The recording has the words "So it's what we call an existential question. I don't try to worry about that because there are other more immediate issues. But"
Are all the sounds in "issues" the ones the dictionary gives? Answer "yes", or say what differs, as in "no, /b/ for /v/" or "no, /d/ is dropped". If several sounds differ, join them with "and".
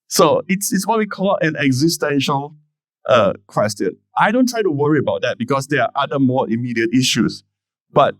no, /s/ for /z/